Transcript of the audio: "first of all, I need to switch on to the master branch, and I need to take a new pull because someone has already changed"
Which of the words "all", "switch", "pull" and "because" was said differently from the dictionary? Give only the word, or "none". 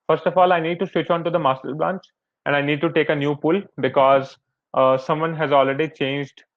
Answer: none